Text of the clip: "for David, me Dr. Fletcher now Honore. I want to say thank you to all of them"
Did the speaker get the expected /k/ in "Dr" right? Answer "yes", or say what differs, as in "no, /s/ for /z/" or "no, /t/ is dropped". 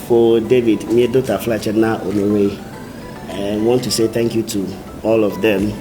no, /k/ is dropped